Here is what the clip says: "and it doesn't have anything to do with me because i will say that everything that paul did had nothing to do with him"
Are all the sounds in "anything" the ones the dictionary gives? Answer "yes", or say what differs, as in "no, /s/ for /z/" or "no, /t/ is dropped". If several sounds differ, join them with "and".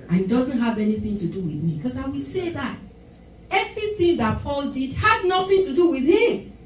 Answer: yes